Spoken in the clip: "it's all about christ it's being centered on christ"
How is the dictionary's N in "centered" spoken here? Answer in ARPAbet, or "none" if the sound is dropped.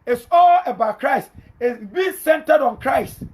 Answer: N